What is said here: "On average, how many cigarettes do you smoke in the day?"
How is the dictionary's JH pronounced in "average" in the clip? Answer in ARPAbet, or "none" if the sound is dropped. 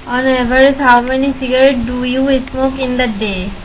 Z